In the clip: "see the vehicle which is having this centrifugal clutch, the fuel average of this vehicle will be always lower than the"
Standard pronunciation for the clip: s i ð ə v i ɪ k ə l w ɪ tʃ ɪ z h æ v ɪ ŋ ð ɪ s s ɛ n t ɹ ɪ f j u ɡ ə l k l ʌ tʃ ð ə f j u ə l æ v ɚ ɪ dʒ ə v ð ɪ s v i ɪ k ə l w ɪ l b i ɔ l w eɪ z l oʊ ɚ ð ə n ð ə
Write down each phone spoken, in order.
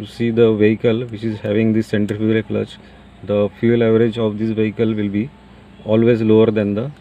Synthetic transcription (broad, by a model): s i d ə v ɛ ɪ k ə l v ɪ tʃ ɪ z h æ v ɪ ŋ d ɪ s s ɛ n t ɪ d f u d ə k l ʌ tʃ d ə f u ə l æ v ɚ ɪ dʒ ə v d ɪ s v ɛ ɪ k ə l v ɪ l b i ɔ l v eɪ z l oʊ ɚ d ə n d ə